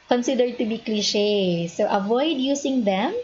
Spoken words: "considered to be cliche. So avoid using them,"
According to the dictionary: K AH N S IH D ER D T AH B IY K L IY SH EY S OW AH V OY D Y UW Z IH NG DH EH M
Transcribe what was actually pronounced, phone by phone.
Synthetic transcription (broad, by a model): K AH N S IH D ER D T AH B IY K L IY SH EY S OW AH V OY D Y UW S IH NG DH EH M